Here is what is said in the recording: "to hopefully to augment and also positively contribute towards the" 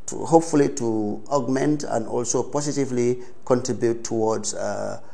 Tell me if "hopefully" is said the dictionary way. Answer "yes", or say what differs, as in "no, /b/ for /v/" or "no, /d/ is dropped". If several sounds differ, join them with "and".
yes